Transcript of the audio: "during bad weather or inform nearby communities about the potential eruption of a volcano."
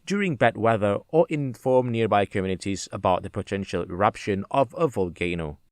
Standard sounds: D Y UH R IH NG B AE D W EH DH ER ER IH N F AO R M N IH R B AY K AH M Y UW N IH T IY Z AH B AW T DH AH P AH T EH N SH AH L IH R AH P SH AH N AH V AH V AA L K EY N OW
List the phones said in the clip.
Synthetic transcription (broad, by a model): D Y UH R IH NG B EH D W EH DH ER ER IH N F AO R M N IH R B AY K AH M Y UW N IH T IY Z AH B AW T DH AH P AH T EH N SH AH L IH R AH P SH AH N AH V AH V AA L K EY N OW